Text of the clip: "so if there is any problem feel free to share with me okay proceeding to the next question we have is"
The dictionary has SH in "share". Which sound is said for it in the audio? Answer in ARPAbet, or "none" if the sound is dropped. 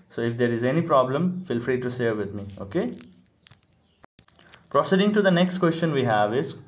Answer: S